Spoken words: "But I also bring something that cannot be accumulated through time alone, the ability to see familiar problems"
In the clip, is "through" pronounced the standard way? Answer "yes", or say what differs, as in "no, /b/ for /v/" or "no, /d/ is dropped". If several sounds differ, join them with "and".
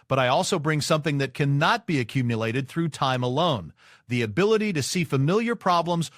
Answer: yes